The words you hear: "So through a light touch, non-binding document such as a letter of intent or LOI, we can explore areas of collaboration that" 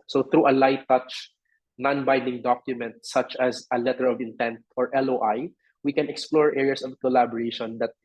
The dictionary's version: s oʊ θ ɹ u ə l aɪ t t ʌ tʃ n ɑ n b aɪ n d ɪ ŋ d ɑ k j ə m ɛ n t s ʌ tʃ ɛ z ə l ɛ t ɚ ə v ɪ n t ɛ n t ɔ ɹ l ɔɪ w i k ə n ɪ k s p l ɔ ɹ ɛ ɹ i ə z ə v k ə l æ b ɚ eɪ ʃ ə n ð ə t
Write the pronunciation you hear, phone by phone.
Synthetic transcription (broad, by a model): s oʊ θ ɹ u ə l aɪ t t ʌ tʃ n ɑ n b aɪ d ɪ ŋ d ɑ k j ə m ɛ n t s ʌ tʃ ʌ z ə l ɛ t ɚ ə v ɪ n t ɛ n t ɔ ɹ l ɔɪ w i k ə n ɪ k s p l ɔ ɹ ɛ ɹ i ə s ə v k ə l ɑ b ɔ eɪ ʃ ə n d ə t